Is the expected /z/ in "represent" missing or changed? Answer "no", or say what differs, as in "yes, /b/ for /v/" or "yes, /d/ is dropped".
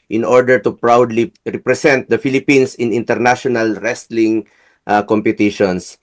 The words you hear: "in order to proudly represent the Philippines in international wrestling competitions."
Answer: yes, /s/ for /z/